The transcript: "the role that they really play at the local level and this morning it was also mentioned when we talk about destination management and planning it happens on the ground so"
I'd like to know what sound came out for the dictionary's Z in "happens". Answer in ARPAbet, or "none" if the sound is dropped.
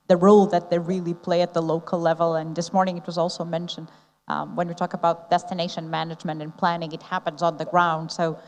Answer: Z